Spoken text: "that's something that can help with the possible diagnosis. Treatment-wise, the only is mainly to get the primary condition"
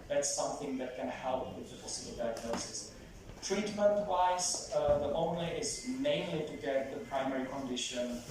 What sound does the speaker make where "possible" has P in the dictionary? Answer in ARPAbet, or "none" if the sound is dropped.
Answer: F